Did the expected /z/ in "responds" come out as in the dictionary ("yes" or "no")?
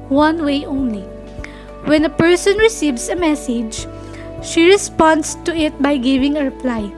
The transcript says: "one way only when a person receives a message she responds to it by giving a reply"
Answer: no